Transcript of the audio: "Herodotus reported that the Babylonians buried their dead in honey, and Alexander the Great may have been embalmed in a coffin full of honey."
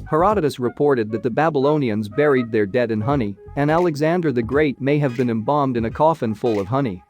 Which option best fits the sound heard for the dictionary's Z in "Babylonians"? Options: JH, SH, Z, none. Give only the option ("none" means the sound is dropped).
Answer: Z